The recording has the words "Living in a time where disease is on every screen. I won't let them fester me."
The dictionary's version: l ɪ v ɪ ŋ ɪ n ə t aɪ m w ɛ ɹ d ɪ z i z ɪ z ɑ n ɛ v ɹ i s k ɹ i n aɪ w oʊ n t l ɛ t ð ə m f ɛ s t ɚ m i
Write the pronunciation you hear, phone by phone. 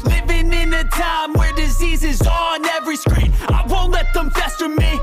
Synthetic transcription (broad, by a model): l ɪ v ɪ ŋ ɪ n ə t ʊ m w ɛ ɹ d ɪ z i z ɪ z n ɛ v ɹ i s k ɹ i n aɪ w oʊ n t l ɛ t ð ə m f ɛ s t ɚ m i